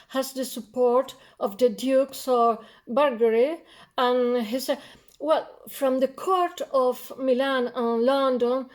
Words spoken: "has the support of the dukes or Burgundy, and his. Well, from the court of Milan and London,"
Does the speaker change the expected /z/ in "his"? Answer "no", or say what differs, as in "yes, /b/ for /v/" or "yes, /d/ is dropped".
yes, /s/ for /z/